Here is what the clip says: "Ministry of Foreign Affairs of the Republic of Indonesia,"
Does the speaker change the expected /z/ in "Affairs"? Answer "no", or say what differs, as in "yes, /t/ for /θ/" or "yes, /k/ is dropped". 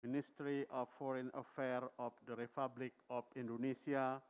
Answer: yes, /z/ is dropped